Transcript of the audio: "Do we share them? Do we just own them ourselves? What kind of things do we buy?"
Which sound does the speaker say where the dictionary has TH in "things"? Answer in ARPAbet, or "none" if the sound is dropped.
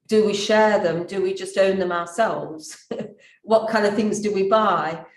TH